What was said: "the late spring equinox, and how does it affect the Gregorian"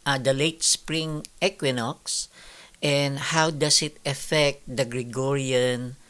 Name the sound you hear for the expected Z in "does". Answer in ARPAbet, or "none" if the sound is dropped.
S